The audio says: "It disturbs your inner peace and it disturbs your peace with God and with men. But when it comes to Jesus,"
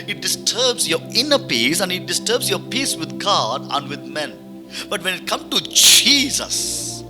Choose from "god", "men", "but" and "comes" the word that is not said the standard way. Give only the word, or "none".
comes